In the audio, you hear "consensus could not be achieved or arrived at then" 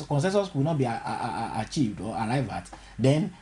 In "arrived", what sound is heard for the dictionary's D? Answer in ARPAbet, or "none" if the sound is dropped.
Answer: none